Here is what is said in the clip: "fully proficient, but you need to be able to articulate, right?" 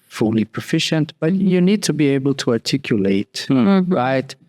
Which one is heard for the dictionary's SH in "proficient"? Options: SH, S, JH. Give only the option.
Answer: SH